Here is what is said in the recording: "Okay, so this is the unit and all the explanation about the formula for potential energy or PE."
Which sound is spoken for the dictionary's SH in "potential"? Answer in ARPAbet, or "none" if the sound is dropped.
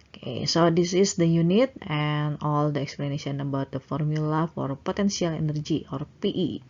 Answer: S